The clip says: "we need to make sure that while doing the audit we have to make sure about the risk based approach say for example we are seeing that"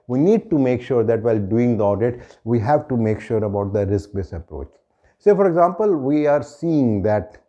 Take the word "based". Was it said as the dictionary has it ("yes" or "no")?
no